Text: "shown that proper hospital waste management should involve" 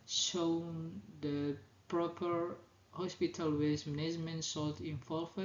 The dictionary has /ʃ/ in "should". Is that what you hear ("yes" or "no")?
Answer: no